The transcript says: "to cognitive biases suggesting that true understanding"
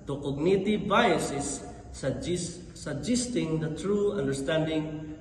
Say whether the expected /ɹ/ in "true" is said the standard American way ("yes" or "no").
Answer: yes